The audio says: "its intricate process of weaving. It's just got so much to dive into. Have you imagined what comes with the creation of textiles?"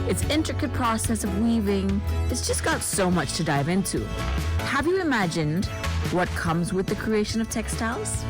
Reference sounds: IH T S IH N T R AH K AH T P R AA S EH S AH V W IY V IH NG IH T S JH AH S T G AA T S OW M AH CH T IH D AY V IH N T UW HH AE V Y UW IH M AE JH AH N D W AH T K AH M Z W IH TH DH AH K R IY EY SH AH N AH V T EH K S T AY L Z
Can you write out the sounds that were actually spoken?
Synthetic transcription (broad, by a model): IH T S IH N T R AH K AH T P R AA S EH S AH V W IY V IH NG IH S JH AH S G AA T S OW M AH CH T IH D AY V IH N T UW HH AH V Y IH IH M AE JH AH N D W AH T K AH M Z W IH DH AH K R IY EY SH AH N AH V T EH K S T AY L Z